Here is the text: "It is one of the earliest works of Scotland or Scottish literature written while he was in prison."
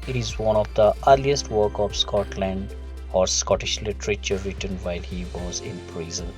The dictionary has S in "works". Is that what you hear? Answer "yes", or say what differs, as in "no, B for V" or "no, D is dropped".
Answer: no, S is dropped